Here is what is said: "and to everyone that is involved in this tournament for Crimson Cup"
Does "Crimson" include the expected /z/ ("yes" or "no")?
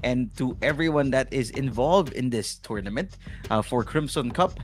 no